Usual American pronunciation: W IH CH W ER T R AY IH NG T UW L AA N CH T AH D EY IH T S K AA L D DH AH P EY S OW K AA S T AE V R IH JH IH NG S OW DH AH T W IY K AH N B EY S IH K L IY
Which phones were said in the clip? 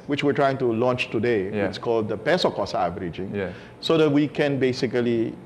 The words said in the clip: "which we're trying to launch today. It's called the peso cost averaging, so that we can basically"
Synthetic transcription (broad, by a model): W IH CH W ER T R AY IH NG T UW L AA N CH T AH D EY IH T S K AA L D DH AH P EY S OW K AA S AE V R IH JH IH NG S OW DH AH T W IY K AH N B EY S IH K L IY